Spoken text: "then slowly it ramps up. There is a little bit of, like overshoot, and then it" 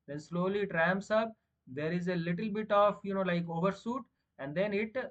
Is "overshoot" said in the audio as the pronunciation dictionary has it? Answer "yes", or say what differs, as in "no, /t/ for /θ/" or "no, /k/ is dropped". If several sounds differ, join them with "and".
no, /s/ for /ʃ/